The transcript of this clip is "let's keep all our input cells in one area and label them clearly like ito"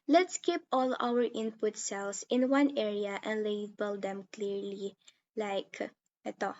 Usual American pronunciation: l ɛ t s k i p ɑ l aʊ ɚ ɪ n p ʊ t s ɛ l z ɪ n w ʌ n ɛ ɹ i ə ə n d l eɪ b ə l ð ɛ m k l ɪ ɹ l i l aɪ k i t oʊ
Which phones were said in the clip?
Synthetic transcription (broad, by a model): l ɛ t s k i p ɑ l aʊ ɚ ɪ n p ʊ t s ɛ l s ɪ n w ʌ n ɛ ɹ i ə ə n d l eɪ b ə l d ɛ m k l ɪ ɹ l i l aɪ k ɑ t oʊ